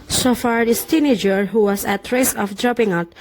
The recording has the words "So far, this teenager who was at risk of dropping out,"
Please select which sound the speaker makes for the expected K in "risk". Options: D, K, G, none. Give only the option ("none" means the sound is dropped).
none